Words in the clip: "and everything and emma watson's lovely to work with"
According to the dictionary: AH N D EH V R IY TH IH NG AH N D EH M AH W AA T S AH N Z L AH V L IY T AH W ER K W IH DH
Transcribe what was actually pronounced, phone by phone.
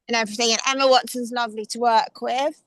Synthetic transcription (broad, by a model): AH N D EH V R IY TH IH NG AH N EH M AH W AA T S AH N Z L AH V L IY T AH W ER K W IH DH